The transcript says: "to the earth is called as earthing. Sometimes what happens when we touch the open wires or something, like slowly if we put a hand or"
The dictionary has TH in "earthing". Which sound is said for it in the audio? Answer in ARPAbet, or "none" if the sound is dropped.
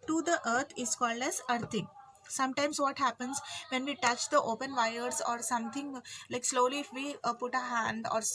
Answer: T